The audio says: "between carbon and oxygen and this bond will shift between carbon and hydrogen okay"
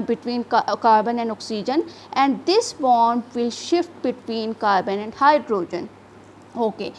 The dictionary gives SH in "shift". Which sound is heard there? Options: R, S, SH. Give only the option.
SH